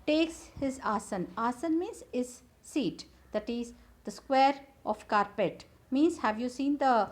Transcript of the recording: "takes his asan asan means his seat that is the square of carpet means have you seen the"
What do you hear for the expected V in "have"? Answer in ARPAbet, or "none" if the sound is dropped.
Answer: V